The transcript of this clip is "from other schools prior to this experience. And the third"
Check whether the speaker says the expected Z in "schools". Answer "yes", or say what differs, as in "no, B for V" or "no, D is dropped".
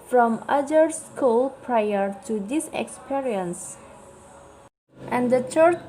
no, Z is dropped